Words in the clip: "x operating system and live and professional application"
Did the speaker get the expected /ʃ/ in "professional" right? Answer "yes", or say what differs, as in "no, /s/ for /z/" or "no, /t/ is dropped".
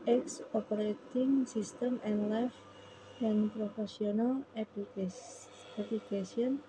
no, /s/ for /ʃ/